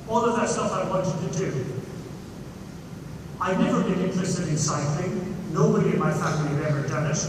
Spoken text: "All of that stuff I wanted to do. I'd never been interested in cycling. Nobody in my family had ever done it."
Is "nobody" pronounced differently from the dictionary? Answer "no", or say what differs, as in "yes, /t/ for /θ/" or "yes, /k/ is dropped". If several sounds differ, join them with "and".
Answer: no